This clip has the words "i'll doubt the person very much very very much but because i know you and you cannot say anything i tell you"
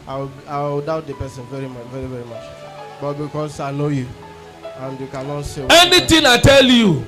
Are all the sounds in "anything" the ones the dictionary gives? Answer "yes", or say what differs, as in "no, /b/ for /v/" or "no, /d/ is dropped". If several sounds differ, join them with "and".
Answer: no, /t/ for /θ/